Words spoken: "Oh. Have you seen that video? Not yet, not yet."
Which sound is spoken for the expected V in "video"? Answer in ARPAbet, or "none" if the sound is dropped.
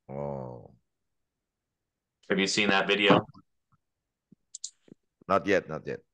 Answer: V